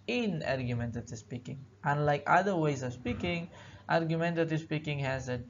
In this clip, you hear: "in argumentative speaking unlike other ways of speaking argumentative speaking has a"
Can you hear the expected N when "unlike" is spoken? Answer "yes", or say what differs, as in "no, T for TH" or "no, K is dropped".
yes